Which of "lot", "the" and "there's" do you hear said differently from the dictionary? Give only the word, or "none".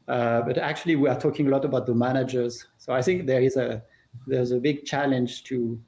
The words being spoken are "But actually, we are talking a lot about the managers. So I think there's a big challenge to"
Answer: none